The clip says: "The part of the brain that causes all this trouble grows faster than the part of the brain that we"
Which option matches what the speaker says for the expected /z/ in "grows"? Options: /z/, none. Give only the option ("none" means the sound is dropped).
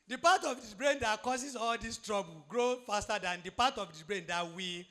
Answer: none